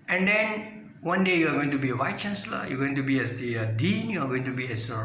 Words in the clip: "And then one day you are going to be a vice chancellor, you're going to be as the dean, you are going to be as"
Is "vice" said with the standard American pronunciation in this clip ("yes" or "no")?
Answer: no